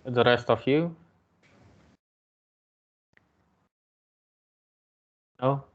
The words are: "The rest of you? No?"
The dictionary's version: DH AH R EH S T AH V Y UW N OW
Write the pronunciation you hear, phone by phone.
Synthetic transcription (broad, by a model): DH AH R EH S T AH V Y UW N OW